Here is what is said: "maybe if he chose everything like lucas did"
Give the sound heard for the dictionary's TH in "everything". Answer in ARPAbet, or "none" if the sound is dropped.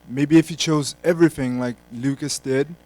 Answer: TH